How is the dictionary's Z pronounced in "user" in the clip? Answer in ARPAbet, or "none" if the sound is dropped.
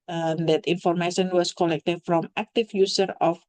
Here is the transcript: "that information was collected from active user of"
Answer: S